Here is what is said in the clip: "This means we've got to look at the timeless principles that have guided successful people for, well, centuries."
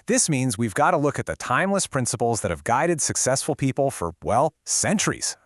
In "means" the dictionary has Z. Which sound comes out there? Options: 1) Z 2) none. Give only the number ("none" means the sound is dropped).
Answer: 1